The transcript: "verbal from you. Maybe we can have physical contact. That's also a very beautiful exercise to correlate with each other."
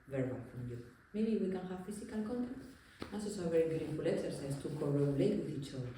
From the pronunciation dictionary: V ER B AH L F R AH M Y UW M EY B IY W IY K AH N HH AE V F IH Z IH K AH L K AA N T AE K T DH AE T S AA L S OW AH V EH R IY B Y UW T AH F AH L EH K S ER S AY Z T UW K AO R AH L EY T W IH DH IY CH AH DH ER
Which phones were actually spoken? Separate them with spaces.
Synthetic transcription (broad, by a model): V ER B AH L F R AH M Y UW M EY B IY W IY K AH N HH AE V F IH S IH K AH L K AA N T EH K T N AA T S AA S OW AH V EH R IY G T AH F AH L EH K S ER S AY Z T UW K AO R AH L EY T W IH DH IY CH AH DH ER